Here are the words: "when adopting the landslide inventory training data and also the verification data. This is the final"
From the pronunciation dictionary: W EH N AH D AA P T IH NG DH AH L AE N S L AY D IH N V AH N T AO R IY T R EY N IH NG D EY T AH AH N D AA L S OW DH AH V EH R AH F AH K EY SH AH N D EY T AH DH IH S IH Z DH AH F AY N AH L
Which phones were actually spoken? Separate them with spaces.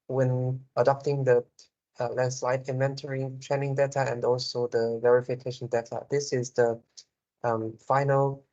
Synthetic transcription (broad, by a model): W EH N AH D AA P T IH NG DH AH L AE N S L AY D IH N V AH N T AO R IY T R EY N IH NG D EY T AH AH N D AA L S OW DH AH V EH R AH F AH K EY SH AH N D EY T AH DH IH S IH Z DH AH F AY N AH L